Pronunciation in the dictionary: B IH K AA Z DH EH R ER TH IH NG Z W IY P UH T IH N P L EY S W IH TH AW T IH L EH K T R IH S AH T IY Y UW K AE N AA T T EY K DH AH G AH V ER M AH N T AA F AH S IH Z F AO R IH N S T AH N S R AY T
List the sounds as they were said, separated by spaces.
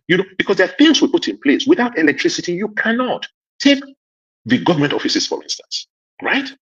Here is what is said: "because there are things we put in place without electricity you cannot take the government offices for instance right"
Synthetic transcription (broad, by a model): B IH K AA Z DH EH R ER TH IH NG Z W IY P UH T IH N P L EY S W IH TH AW T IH L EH K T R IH S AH T IY Y UW K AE N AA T T EY K DH AH G AH V ER M AH N T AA F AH S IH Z F AO R IH N S T AH N S R AY T